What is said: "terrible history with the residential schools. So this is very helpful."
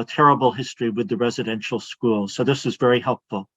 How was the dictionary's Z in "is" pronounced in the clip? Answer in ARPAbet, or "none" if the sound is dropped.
Z